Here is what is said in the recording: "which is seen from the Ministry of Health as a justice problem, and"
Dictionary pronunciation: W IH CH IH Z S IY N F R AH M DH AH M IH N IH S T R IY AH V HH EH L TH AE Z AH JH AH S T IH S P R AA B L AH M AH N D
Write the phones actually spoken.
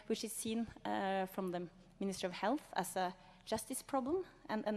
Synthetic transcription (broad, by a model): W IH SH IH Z S IY N F R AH M DH AH M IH N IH S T R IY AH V HH EH L TH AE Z AH JH AH S T IH S P R AA B L AH M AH N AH